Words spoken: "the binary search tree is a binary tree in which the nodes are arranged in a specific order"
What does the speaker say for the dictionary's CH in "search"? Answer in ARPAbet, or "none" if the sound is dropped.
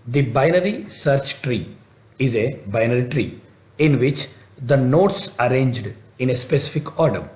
CH